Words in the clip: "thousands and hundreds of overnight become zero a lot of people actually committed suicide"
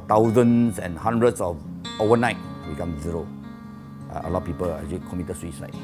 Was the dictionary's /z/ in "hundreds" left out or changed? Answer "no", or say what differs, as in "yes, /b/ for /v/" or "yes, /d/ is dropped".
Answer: yes, /s/ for /z/